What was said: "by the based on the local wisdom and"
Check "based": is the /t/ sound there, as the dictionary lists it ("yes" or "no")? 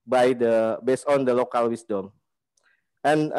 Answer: no